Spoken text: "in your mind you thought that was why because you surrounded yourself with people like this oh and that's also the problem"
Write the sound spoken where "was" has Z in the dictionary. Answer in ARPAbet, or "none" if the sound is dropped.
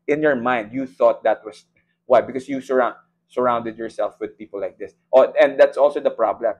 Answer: S